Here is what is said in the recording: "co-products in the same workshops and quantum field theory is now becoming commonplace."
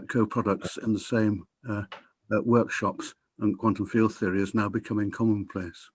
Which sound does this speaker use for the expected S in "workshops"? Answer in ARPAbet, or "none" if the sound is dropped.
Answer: S